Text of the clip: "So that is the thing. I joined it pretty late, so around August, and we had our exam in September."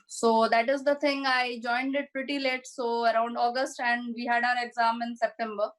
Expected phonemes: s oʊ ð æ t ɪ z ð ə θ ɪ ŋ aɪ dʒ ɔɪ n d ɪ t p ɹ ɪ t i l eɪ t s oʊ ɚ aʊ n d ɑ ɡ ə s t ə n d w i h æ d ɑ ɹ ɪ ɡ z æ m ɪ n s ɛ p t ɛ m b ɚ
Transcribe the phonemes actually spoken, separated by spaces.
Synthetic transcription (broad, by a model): s oʊ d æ t ɪ z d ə t ɪ ŋ aɪ dʒ ɔɪ n d ɪ t p ɹ ɪ t i l eɪ t s oʊ ɚ aʊ n d ɑ ɡ ə s t ə n d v i h æ d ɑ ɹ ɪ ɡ z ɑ m ɪ n s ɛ p t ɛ m b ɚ